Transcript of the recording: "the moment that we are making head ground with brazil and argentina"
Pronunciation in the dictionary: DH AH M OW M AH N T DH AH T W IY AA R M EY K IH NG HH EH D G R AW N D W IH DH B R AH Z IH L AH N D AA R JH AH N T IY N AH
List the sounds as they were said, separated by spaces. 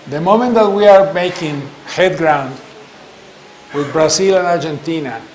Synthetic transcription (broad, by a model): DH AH M OW M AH N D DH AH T W IY AA R M EY K IH NG HH EH D G R AW N D W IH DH B R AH S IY L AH N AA R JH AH N T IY N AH